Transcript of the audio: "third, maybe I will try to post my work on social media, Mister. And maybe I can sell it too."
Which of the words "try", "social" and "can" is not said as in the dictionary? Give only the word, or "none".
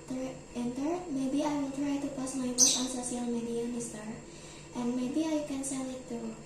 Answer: social